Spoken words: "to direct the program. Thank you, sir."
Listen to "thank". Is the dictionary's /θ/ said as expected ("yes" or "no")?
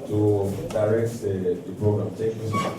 no